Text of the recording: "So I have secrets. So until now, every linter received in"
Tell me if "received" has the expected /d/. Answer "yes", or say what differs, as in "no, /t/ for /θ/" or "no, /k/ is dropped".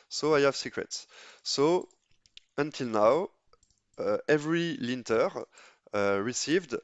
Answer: yes